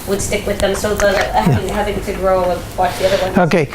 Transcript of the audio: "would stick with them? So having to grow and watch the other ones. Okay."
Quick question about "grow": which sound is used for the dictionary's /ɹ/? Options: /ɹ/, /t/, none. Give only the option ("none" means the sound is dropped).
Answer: /ɹ/